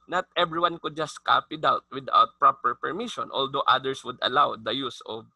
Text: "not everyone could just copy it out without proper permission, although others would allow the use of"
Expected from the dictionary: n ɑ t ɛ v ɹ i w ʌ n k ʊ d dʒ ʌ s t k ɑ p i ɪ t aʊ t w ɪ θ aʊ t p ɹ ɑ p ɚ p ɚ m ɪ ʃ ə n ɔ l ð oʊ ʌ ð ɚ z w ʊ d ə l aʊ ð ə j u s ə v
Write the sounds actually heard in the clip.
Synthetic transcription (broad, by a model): n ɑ t ɛ b ɹ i w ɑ n k ʊ d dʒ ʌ s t k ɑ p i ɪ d aʊ t w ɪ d aʊ t p ɹ ɑ p ɚ p ɚ m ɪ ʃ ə n ɔ l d oʊ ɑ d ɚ s w ʊ d ə l aʊ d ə j u s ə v